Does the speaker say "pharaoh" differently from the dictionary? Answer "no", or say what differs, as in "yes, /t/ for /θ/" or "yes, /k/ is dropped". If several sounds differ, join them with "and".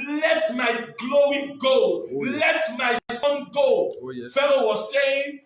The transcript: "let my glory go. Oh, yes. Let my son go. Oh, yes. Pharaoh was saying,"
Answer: yes, /l/ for /ɹ/